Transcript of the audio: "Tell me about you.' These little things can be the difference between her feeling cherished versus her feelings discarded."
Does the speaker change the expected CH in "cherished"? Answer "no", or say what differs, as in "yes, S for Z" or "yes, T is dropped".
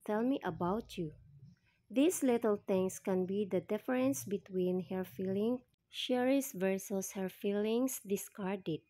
yes, SH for CH